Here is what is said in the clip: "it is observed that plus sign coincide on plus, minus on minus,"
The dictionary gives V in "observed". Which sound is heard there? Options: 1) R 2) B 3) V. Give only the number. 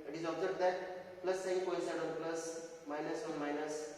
2